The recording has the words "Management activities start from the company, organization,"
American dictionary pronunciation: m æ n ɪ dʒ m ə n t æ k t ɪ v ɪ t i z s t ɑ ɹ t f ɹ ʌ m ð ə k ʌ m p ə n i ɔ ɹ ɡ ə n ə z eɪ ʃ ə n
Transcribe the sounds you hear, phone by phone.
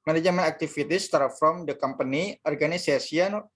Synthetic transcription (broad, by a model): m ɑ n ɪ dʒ m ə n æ k t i f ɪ t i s t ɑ ɹ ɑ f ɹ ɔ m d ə k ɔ m p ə n i ɔ ɹ ɡ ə n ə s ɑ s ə n